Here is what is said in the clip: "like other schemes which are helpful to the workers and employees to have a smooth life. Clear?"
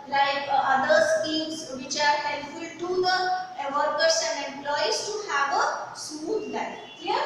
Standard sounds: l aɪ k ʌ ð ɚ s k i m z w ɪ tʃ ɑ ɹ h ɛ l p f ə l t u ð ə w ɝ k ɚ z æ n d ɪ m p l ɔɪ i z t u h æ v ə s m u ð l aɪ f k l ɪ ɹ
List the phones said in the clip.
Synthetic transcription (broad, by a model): l aɪ k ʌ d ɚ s k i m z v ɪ tʃ ɑ ɹ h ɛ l f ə l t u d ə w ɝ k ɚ s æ n d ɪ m p l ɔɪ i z t u h æ v ə s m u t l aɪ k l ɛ